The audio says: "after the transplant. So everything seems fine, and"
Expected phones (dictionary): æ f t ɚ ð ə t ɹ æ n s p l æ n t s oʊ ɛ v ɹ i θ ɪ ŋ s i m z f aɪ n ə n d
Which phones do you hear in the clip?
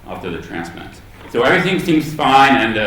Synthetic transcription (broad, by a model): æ f t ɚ ð ə t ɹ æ n s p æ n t s oʊ ɛ v ɹ i θ ɪ ŋ s i m z f aɪ n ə n